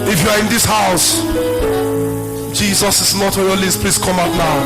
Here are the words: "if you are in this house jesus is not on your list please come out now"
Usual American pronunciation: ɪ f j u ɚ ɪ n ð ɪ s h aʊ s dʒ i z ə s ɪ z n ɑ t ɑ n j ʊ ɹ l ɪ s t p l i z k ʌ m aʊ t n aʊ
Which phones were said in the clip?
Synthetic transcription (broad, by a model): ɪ f j u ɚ ɪ n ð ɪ s h aʊ s dʒ i z ə s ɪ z n ɑ t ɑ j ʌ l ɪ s p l i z k ʌ m aʊ t n aʊ